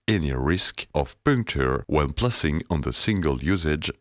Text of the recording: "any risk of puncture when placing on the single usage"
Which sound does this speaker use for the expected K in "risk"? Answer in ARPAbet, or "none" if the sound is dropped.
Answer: K